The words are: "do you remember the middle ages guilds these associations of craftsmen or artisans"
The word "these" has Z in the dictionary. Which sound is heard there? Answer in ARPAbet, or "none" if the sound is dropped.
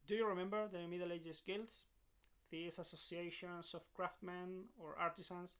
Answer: S